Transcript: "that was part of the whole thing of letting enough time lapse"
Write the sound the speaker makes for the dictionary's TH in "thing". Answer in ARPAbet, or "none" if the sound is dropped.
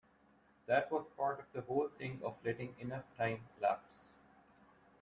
T